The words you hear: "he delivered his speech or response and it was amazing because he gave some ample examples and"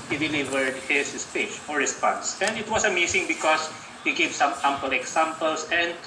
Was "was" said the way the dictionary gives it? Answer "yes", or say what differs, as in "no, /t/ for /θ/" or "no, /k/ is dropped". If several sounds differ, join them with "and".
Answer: no, /s/ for /z/